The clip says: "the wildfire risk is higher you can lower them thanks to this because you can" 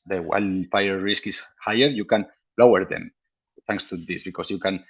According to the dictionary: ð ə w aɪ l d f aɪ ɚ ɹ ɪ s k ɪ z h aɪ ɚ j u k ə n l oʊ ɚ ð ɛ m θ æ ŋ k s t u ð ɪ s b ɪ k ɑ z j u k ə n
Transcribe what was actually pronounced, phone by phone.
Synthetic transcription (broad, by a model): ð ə w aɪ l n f aɪ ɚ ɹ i s k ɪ s h aɪ ɚ j u k ə n l oʊ ɚ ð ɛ m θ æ ŋ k s t u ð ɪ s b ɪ k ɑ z j u k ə n